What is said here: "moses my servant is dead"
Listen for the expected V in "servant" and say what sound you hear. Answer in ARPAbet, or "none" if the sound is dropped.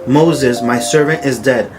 V